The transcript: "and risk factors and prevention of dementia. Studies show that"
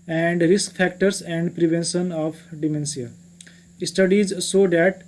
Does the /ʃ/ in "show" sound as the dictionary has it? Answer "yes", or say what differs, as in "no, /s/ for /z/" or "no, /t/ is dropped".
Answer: no, /s/ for /ʃ/